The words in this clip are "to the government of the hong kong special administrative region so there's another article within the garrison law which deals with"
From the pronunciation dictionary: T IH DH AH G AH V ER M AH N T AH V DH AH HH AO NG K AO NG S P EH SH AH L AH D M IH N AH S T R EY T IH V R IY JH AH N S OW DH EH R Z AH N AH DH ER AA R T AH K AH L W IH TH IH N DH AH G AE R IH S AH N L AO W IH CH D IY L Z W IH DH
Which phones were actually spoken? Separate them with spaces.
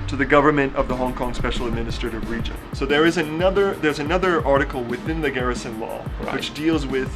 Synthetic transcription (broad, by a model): T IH DH AH G AH V ER M AH N T AH V DH AH HH AO NG K AO NG S P EH SH L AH D M IH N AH S T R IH T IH V R IY JH AH N S OW DH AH R Z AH N AH DH ER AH R T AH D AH L W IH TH IH N DH AH G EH R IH S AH N L AO W IH CH D IY L Z W IH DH